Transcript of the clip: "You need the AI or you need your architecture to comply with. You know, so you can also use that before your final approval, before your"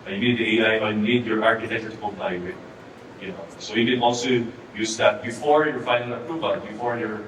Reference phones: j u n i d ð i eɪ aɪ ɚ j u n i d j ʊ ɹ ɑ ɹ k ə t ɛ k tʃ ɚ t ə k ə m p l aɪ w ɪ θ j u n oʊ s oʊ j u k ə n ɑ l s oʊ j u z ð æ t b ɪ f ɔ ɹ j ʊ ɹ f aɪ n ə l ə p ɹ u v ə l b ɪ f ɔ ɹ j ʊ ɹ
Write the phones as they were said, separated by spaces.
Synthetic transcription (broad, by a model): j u n i d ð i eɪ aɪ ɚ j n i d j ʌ ɹ ɑ ɹ k ə t ɛ k tʃ ɚ t ə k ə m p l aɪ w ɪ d j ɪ n oʊ s oʊ j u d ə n ɑ l s oʊ j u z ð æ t b ɪ f ɔ ɹ j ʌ ɹ f aɪ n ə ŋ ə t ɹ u b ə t b ɪ f ɔ ɹ j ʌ ɹ